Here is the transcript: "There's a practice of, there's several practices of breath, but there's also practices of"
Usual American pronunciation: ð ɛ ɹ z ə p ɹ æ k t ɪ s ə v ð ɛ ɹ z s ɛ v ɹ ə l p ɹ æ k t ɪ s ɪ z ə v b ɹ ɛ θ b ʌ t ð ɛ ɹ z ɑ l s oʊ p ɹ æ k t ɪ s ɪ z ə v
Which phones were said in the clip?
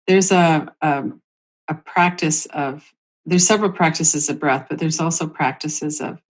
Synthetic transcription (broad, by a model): ð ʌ ɹ z ə p ɹ æ k t ɪ s ə v ð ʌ ɹ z s ɛ v ɹ l p ɹ æ k t ɪ s ɪ z ə v b ɹ ɛ θ b ʌ t ð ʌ ɹ z ɑ l s oʊ p ɹ æ k t ɪ s ɪ z ə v